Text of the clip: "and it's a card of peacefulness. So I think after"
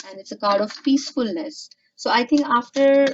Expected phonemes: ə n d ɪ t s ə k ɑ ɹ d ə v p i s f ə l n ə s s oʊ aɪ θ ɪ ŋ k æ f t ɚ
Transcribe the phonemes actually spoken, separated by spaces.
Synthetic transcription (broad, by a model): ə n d ɪ t s ə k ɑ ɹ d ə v p i s f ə l n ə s s oʊ aɪ t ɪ ŋ k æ f t ɚ